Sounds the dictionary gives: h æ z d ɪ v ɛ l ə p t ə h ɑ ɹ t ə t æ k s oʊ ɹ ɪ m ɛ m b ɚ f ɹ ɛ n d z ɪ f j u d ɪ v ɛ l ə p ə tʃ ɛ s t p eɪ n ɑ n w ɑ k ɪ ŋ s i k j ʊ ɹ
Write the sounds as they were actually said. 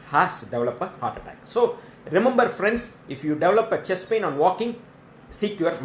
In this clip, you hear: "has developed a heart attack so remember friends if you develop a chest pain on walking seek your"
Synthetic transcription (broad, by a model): h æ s d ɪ v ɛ l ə p ə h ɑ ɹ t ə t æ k s oʊ ɹ ɪ m ɛ m b ɚ f ɹ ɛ n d s ɪ f j u d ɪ v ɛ l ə p ə tʃ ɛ s p eɪ n ɑ n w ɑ k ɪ ŋ s i k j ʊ ɹ